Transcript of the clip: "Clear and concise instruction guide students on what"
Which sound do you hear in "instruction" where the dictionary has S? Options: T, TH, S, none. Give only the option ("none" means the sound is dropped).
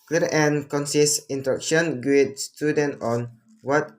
none